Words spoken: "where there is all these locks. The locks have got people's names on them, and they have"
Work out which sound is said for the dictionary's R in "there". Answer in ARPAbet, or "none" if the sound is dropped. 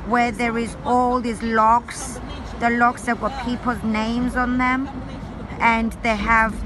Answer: R